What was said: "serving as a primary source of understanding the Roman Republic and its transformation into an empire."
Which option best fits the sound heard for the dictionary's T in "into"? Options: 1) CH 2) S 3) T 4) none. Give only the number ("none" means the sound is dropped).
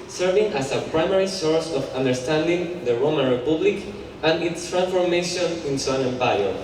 2